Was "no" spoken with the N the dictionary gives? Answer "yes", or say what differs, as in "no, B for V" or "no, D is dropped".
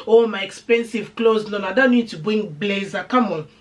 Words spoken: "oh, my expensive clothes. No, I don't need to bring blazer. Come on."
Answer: no, L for N